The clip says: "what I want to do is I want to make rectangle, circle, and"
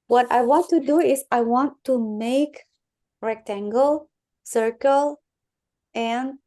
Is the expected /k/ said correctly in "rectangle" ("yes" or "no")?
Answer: yes